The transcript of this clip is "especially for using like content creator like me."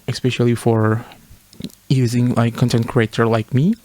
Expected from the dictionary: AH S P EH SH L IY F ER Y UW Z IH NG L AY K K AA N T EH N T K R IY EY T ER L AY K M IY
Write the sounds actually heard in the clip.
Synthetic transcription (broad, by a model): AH S P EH SH L IY F ER Y UW Z IH NG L AY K K AA N T EH N T K R IY EY T ER L AY K M IY